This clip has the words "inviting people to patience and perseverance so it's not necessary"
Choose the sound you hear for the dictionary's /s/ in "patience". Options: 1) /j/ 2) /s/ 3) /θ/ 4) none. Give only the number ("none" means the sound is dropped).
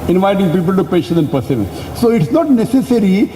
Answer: 4